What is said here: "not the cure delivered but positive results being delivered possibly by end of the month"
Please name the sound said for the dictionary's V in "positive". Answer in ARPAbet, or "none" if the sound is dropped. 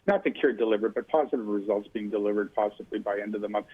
V